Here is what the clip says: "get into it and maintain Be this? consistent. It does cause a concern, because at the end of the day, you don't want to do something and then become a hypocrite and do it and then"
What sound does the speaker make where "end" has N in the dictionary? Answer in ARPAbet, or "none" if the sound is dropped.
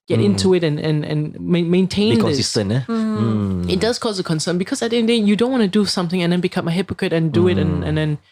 none